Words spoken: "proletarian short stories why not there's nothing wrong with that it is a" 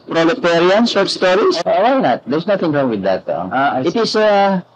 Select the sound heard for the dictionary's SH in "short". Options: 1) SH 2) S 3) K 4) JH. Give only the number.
2